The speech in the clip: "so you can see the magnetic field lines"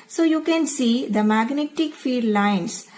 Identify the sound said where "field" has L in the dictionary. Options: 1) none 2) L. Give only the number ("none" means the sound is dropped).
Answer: 1